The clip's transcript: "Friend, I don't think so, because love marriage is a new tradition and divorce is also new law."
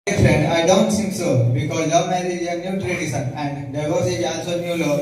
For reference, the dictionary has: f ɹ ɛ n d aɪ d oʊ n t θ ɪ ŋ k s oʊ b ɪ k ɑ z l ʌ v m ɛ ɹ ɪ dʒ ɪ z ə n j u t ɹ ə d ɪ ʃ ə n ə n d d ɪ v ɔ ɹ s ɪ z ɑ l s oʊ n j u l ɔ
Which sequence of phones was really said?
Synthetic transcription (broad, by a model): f ɹ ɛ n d aɪ d oʊ n t s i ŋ s oʊ b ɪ k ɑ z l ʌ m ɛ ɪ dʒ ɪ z ə n j u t ɹ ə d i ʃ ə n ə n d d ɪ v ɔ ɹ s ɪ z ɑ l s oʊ n j u l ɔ